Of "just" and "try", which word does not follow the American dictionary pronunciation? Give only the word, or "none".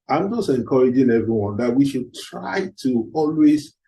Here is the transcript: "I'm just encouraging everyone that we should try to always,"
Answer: none